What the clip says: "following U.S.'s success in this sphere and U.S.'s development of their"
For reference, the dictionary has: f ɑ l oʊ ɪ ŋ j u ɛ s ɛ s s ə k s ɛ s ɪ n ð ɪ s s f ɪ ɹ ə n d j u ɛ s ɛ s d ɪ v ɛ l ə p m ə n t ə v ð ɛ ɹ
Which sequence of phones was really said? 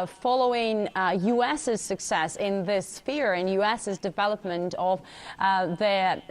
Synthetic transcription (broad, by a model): f ɑ l oʊ ɪ ŋ j u ɛ s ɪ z s ə k s ɛ s ɪ n ð ɪ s s f ɪ ɹ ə n j u ɛ s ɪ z d ɪ v ɛ l ə p m ə n t ə v ð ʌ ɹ